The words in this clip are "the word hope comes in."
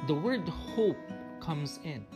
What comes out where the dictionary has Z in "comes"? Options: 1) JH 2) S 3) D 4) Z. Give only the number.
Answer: 4